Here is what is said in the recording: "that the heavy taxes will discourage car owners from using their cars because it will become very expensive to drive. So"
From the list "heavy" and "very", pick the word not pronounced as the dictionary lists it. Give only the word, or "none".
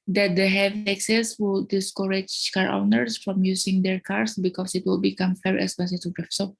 very